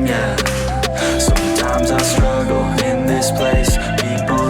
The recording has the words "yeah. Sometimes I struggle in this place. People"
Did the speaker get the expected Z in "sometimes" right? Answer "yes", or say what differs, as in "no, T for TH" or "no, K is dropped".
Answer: yes